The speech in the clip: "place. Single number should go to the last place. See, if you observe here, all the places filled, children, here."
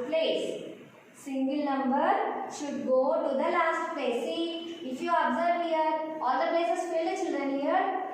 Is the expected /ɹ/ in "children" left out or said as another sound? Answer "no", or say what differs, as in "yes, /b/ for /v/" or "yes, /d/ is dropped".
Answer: yes, /ɹ/ is dropped